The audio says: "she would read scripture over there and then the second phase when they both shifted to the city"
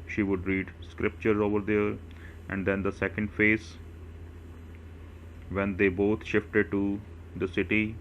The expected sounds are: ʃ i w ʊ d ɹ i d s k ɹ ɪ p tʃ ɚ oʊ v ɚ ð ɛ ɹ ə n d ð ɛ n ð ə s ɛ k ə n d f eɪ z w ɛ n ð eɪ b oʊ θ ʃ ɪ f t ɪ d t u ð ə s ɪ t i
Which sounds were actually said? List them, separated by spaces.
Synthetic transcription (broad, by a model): ʃ i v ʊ d ɹ i d s k ɹ ɪ p tʃ ɚ oʊ v ɚ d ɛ ɹ ə n d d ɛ n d ə s ɛ k ə n d f eɪ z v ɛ n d eɪ b oʊ t ʃ ɪ f t ɪ d t u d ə s ɪ t i